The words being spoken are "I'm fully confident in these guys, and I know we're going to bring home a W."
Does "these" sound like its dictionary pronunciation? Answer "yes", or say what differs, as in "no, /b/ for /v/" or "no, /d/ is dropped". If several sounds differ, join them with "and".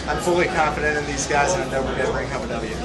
yes